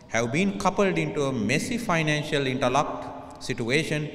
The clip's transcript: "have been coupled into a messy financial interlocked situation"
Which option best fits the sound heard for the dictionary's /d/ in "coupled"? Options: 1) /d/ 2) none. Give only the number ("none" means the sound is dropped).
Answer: 1